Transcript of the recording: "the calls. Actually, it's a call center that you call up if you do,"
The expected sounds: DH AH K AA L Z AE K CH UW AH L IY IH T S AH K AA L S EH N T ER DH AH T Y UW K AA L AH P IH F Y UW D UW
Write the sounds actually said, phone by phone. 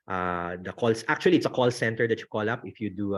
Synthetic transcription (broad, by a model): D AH K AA L S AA K CH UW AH L IY IH T S AH K AA L S EH N T ER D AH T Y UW K AA L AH P IH F Y UW D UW